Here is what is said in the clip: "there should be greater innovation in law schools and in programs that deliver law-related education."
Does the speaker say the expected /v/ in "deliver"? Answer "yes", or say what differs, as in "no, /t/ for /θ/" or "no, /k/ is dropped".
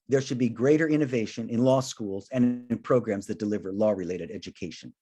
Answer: yes